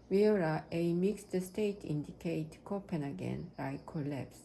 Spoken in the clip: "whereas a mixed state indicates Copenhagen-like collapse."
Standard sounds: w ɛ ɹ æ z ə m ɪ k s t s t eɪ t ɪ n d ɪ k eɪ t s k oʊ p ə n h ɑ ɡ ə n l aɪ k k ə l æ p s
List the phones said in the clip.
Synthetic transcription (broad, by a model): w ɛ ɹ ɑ ə m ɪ k s t s t eɪ t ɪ n d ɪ k eɪ t k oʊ p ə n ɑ ɡ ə n aɪ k k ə l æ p s